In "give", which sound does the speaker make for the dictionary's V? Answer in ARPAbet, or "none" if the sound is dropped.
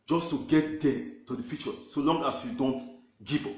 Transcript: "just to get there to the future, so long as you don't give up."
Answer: P